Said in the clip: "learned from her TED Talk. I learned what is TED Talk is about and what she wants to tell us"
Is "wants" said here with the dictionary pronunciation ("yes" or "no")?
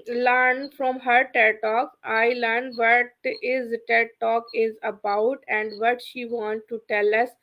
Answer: no